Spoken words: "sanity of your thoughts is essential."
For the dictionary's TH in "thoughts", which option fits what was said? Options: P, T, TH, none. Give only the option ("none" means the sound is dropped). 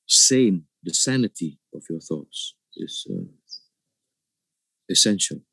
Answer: TH